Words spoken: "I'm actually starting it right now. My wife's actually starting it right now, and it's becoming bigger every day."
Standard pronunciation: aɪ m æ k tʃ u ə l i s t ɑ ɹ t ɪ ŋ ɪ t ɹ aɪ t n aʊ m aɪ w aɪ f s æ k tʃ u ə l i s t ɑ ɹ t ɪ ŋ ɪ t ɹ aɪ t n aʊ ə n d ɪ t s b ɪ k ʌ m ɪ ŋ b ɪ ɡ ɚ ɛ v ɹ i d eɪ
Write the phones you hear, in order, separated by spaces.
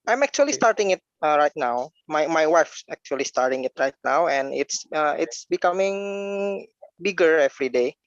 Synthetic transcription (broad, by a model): aɪ m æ k tʃ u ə l i s t ɑ ɹ t ɪ ŋ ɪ t ɹ aɪ t n aʊ m aɪ w aɪ f s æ k tʃ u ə l i s t ɑ ɹ t ɪ ŋ ɪ t ɹ aɪ t n aʊ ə n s ɪ t s b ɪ k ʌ m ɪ ŋ b ɪ ɡ ɚ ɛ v ɹ i d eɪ